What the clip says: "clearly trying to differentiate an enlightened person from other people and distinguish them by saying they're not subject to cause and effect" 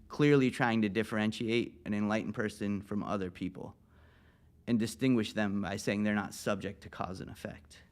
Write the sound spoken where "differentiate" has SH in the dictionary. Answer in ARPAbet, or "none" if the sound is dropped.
SH